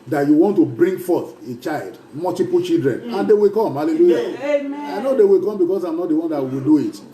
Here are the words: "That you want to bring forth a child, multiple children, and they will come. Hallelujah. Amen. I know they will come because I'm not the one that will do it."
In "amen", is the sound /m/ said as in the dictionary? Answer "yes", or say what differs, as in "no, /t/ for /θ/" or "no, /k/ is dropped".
no, /m/ is dropped